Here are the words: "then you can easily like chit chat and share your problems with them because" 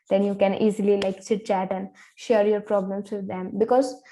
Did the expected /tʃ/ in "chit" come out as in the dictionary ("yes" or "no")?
no